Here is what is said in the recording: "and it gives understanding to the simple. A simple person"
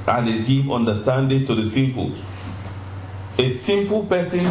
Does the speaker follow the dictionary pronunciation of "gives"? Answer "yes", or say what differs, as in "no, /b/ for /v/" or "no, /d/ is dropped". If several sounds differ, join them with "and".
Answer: no, /z/ is dropped